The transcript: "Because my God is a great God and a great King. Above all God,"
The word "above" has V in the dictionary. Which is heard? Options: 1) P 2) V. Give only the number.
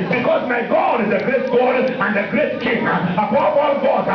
1